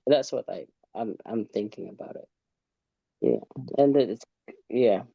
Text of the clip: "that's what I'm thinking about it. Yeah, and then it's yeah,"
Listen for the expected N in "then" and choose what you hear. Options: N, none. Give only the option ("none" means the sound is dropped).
none